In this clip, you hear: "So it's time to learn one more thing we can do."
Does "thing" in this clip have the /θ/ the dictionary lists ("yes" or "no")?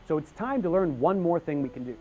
yes